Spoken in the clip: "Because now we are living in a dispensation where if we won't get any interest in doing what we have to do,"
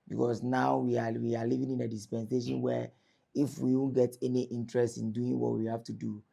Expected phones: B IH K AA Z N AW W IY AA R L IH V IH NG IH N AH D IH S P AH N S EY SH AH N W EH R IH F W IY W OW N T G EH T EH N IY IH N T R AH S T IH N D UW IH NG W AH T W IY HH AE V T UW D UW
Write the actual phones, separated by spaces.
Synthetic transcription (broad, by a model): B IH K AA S N AW W IY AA W L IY V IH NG IH N AH D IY S P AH N S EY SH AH N W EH IH F W IY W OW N G EH T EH N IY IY N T R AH S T IH N D UW IH NG W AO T W IY HH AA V T UW D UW